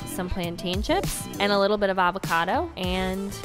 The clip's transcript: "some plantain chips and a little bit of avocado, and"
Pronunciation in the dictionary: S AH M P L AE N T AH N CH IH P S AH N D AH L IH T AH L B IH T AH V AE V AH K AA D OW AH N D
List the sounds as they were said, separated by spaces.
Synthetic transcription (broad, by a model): S AH M P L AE N T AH N SH IH P AH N AH L IH T L B IH T AH V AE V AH K AA D OW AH N